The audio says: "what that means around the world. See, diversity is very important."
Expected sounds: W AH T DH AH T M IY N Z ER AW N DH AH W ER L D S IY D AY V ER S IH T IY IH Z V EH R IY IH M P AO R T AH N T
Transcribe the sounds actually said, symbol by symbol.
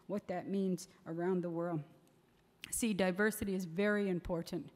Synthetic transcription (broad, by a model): W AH T DH AH T M IY N Z ER AW N DH AH W ER L D S IY D AY V ER S IH T IY IH Z V EH R IY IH M P AO R T N T